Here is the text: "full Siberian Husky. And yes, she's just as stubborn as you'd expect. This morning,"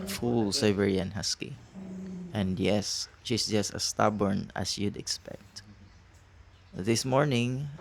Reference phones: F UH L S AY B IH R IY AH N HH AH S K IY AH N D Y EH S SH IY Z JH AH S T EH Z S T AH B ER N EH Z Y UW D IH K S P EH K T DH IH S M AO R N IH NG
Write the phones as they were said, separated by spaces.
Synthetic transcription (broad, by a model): F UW L S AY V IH R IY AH N HH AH S K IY AH N D Y EH S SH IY S JH AH S T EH S T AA B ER N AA S Y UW D IH K S P EH K T DH IH S M AO R N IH NG